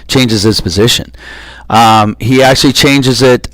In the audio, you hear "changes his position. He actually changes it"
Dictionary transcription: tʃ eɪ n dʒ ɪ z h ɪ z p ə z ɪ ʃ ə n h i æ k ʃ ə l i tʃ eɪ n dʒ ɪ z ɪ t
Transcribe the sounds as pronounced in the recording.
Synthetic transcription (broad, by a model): tʃ eɪ n dʒ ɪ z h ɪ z p ə z ɪ ʃ ə n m i æ k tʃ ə l i tʃ eɪ n dʒ ɪ z ɪ t